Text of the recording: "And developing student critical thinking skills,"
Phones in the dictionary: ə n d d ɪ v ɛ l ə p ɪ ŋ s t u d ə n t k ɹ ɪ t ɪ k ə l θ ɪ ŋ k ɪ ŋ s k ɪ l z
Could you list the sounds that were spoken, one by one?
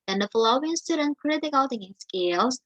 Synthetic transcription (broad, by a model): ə n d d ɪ f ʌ l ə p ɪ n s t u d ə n k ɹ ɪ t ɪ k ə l t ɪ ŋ ɪ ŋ s k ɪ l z